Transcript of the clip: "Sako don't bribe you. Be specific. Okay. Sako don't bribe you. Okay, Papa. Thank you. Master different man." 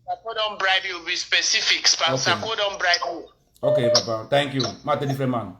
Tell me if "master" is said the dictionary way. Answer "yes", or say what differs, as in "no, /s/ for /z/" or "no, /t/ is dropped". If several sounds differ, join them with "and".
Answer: no, /s/ is dropped